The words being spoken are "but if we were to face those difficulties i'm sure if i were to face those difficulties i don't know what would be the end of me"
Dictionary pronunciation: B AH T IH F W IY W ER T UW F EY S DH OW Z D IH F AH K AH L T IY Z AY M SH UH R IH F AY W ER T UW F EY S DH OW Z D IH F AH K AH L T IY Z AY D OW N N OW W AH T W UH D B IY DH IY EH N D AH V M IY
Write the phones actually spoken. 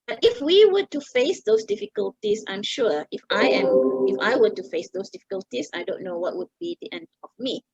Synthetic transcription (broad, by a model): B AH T IH F W IY W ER T UW F EY S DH OW S D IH F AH K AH L T IY S AY M SH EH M IH F AY W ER T UW F EY S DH OW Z D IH F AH K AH L T IY S AY D OW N N OW W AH T W UH D B IY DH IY EH N D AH F M IY